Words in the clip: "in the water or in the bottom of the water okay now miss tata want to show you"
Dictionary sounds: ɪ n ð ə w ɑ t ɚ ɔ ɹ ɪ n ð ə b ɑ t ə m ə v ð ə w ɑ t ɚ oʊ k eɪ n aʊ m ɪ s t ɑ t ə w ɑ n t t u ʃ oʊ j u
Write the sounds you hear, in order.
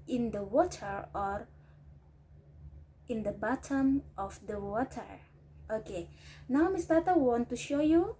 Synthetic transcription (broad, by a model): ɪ n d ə w ɑ t ɚ ɔ ɹ ɪ n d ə b ɑ t ə m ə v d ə w ɑ t ɚ oʊ k eɪ n aʊ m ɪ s t ɑ t ə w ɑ n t t u ʃ oʊ j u